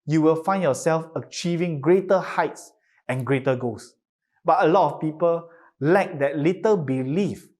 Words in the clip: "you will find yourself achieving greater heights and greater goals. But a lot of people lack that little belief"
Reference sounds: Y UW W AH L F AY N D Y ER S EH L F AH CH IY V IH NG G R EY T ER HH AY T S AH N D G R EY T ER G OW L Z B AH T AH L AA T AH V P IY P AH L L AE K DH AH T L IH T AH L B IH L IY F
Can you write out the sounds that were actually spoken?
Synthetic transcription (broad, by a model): Y UW W AH L F AY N Y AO S EH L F AH CH IY V IH NG G R EY T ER HH AY T S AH N G R EY T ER G OW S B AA T AH L AA T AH F P IY P AH L L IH K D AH T L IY T AH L B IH L IY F